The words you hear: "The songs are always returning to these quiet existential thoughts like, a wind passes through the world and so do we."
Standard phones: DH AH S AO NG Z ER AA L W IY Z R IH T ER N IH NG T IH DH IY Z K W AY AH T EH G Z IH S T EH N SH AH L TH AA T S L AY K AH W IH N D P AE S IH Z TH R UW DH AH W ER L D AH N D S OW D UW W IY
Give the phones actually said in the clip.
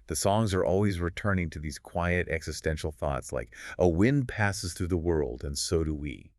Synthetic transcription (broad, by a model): DH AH S AO NG Z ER AA L W IY Z R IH T ER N IH NG T IH DH IY Z K W AY AH T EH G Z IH S T EH N SH L TH AA T S L AY K AH W IH N P AE S IH Z TH R UW DH AH W ER L D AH N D S OW D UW W IY